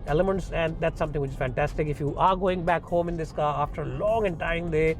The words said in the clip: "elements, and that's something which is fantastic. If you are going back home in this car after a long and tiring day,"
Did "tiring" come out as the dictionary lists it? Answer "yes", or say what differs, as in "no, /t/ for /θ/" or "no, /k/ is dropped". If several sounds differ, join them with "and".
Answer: no, /ɹ/ is dropped